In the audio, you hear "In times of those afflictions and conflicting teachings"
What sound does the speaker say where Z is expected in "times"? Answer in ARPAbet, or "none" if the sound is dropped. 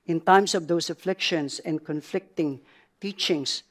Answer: S